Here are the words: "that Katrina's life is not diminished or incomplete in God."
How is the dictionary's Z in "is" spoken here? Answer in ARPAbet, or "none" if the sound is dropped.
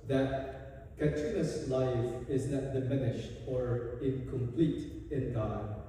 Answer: Z